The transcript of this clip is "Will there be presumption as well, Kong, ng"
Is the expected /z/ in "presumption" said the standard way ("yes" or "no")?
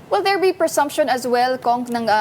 no